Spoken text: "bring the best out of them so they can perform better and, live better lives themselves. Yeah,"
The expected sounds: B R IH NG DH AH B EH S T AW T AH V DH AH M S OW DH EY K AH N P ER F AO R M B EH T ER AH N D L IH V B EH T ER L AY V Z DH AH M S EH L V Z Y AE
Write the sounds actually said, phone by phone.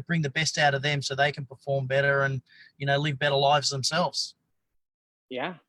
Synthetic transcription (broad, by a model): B R IH NG DH AH B EH S T AW T AH V DH AH M S OW DH EY K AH N P ER F AO R M B EH T ER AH N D L IH V B EH T ER L AY V Z DH AH M S EH L V Z Y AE